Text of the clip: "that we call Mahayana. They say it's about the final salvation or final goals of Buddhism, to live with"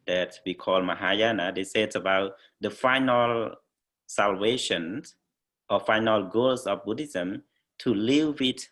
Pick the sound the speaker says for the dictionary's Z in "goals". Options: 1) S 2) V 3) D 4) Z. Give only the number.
1